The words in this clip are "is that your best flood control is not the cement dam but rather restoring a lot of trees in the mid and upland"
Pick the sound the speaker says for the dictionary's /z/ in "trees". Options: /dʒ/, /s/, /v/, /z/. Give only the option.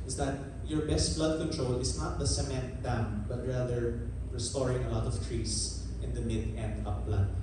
/s/